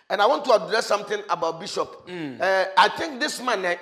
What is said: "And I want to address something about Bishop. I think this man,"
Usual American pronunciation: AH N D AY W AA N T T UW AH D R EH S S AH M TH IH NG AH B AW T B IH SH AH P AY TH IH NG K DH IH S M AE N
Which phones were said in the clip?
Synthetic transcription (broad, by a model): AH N AY W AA N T T UW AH D R EH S S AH M T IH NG AH B AW T B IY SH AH P AY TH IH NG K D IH S M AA N